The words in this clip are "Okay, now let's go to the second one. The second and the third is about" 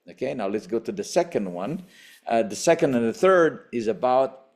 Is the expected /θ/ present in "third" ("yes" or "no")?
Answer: yes